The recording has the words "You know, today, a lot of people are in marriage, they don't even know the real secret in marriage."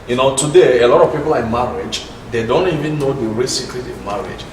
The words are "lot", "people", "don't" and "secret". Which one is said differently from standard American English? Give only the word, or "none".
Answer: secret